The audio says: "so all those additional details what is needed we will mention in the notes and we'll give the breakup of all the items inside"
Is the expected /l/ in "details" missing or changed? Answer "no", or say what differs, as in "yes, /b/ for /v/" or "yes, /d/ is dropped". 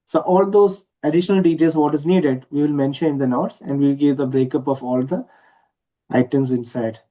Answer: yes, /l/ is dropped